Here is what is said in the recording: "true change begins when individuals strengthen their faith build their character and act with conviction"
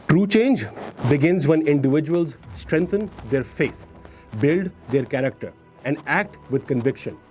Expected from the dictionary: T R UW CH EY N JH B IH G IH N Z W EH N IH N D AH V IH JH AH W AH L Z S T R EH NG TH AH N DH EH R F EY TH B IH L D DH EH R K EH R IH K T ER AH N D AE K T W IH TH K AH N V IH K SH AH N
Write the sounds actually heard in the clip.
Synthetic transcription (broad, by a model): T R UW CH EY N JH B IH G IH N Z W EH N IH N D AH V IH JH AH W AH L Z S T R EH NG T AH N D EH R F EY T B IH L D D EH R K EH R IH K T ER AH N D AE K T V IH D K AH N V IH K SH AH N